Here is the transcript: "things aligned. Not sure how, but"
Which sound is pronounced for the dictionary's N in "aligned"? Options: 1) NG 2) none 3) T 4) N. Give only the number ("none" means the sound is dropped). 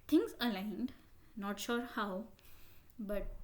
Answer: 4